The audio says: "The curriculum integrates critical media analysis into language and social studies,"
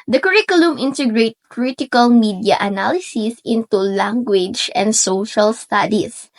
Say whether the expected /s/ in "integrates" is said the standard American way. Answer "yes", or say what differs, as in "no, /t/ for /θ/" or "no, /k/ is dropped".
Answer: no, /s/ is dropped